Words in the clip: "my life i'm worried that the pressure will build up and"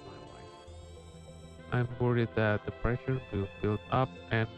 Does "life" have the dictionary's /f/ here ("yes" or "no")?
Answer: no